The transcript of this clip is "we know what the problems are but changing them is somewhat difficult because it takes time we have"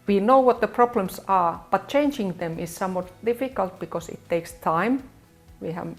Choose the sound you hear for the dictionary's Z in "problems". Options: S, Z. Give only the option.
S